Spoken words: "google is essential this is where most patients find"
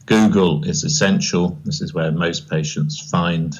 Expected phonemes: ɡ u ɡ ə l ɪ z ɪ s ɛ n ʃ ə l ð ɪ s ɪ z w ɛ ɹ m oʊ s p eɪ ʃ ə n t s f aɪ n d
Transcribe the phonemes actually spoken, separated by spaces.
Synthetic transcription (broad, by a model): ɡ u ɡ ə l ɪ z ɪ s ɛ n ʃ ə l ð ɪ s ɪ z w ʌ m oʊ s p eɪ ʃ ə n t s f aɪ n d